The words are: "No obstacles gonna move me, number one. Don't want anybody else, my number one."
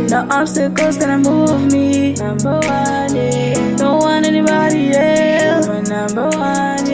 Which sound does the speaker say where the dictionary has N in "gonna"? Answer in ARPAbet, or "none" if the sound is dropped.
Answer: none